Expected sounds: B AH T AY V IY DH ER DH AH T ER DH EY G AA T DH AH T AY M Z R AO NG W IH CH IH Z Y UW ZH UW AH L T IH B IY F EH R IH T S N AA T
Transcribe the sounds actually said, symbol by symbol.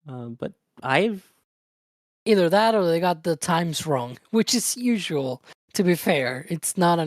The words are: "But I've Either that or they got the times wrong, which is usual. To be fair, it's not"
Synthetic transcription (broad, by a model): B AH T AY V IY DH ER DH AH T ER DH EY G AA T DH AH T AY M Z R AO NG W IH CH IH Z Y UW ZH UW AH L T IH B IY F EH R IH T S N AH T